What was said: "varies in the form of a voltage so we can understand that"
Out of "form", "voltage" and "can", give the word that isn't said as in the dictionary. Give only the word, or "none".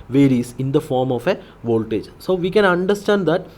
none